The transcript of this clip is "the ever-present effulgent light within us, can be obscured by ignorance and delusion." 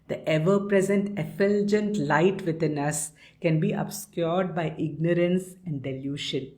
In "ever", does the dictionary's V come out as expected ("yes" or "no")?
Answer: yes